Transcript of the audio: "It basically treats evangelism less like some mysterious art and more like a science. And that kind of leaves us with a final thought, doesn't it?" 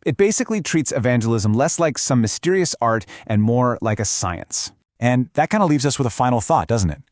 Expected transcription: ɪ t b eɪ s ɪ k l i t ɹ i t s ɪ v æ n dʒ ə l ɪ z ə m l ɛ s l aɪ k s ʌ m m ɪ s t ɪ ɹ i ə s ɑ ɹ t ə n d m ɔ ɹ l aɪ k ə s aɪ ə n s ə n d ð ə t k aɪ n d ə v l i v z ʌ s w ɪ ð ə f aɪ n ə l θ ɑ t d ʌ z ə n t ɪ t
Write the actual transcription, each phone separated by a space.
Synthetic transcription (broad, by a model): ɪ t b eɪ s ɪ k l i t ɹ i t s ɪ v æ n dʒ ə l ɪ z ə m l ɛ s l aɪ k s ʌ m m ɪ s t ɪ ɹ i ə s ɑ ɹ t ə n m ɔ ɹ l aɪ k ə s aɪ ə n s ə n ð ə t k aɪ n d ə l i v z ʌ s w ɪ ð ə f aɪ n l θ ɑ t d ʌ z n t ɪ t